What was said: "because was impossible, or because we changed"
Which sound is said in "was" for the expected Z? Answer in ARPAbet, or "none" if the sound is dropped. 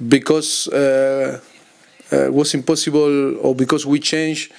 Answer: S